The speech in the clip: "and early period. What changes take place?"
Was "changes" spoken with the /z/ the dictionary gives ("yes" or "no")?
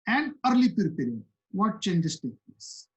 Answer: no